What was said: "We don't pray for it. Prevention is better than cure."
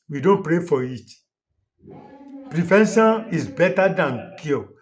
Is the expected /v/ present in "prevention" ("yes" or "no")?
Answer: no